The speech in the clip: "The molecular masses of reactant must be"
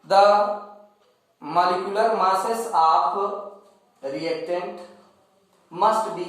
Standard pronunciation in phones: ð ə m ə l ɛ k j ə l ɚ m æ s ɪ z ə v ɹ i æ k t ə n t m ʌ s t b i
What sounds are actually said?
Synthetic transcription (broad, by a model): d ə m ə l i k j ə l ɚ m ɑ s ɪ s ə p ɹ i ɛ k t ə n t m ʌ s t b i